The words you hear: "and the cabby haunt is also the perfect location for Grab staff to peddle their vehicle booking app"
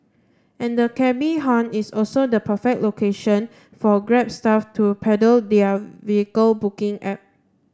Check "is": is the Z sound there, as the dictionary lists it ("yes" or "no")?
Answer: no